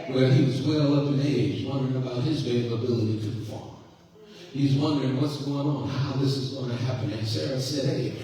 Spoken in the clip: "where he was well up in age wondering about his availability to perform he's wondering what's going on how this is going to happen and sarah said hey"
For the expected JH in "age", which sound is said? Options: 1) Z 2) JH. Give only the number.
1